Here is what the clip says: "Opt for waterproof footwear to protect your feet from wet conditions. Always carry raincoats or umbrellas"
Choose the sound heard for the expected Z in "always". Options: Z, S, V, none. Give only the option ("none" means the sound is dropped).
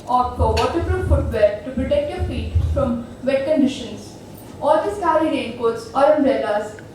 S